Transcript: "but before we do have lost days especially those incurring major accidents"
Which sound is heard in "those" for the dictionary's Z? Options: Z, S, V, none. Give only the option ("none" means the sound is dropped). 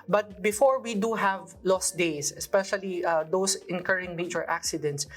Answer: S